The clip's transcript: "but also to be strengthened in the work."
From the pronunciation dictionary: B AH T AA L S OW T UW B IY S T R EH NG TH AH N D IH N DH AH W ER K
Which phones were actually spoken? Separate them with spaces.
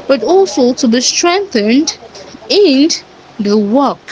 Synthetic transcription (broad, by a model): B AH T AA L S OW T UW B IY S T R EH NG TH AH N D IH N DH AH W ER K